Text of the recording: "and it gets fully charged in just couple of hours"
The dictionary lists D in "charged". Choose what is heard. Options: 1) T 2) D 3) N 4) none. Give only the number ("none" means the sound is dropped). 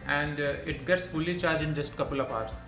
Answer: 4